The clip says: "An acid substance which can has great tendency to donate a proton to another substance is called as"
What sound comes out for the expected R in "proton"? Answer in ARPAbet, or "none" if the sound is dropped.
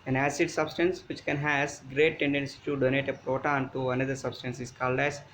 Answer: R